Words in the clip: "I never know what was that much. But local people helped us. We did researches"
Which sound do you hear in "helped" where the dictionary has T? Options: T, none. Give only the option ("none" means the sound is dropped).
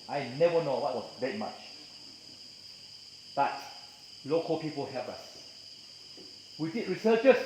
none